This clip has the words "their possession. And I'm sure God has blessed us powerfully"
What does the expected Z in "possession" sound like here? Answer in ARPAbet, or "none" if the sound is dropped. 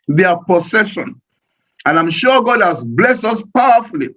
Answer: S